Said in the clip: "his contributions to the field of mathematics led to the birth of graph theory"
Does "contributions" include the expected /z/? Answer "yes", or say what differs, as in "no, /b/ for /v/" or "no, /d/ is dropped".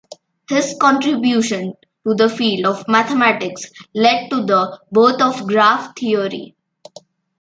no, /z/ is dropped